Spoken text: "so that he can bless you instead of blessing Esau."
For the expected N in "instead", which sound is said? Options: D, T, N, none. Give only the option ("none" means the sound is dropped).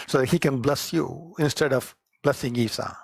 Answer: N